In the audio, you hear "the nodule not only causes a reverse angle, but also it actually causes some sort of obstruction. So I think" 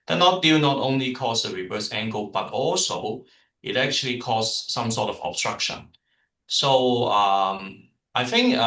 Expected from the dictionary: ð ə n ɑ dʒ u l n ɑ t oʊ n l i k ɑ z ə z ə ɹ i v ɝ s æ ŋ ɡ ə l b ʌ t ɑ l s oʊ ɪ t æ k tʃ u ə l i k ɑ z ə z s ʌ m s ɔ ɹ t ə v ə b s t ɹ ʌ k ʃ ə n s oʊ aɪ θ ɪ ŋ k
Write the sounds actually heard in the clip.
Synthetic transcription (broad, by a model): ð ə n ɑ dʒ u n ɑ t oʊ n l i k ɑ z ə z ə ɹ i v ɝ s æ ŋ ɡ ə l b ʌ t ɑ l s oʊ ɪ t æ k tʃ u ə l i k ɑ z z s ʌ m s ɔ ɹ t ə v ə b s t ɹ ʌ k ʃ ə n s oʊ aɪ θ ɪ ŋ k